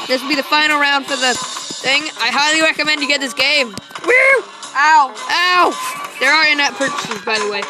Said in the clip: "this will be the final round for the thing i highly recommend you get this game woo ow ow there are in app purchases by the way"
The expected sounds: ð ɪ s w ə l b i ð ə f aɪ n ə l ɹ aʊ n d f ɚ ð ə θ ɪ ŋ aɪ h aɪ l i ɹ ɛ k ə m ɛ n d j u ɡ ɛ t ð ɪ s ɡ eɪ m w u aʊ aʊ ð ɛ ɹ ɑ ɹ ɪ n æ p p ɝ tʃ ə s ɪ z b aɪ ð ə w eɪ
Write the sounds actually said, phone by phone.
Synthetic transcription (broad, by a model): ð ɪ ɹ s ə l b i ð ə f aɪ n l ɹ aʊ n d f ɚ ð ə θ ɪ ŋ aɪ h aɪ l i ɹ ɛ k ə m ɛ n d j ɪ ɡ ɛ t ð ɪ s ɡ eɪ m w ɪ aʊ aʊ ð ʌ ɹ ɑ ɹ ɪ n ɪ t p ɝ tʃ ə s ɪ z b aɪ ð ə w eɪ